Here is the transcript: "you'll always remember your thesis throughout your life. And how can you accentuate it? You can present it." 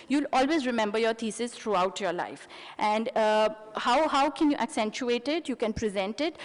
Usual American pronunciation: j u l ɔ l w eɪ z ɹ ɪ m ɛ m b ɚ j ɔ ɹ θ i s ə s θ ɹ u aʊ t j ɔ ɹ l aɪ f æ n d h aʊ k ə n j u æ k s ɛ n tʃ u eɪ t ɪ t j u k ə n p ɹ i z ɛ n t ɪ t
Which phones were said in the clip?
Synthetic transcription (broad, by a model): j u l ɔ l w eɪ z ɹ ɪ m ɛ m b ɚ j ɔ ɹ t i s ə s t ɹ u aʊ t j ɔ ɹ l aɪ f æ n d h aʊ k ə n j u æ k s ɛ n tʃ u eɪ t ɪ t j u k ə n p ɹ i z ɛ n t ɪ t